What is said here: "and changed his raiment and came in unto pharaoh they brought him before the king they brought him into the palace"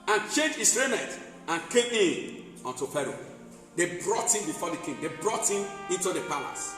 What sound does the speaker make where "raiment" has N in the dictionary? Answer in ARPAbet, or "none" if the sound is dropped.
none